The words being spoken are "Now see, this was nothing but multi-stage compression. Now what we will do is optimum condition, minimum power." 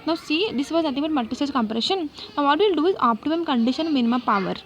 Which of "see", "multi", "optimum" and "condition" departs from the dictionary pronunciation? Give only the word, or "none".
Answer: multi